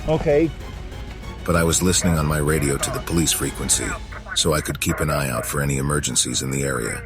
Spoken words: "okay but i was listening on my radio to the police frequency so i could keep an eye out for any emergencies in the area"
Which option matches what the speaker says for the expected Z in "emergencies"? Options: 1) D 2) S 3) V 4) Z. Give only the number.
4